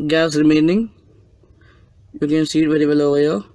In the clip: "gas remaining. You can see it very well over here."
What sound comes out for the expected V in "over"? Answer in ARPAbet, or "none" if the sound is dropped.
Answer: none